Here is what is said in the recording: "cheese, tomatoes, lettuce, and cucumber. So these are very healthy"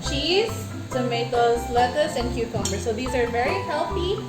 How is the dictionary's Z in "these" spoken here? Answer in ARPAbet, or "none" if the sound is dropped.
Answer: Z